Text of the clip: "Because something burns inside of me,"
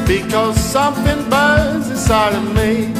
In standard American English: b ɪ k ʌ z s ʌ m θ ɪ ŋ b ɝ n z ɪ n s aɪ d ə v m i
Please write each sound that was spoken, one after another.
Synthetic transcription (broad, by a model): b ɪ k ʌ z s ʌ m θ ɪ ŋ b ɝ z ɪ s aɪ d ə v m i